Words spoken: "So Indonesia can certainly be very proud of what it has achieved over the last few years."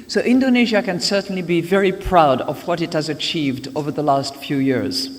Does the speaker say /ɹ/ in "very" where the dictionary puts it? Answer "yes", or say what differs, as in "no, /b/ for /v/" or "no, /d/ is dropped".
yes